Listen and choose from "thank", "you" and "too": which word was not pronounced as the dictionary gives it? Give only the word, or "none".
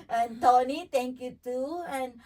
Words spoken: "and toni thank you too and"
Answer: thank